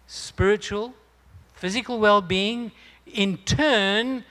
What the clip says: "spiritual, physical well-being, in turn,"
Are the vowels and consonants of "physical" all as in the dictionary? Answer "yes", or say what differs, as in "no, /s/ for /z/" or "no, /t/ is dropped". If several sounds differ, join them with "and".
yes